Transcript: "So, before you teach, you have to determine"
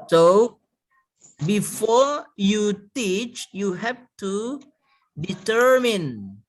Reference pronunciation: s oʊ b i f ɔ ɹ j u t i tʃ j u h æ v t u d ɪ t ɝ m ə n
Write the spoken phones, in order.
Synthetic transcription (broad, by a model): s oʊ b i f ɔ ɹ j u t i tʃ j u h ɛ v t u d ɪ t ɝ m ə n